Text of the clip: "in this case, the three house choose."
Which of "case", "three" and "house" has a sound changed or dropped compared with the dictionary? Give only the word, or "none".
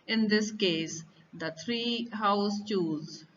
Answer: three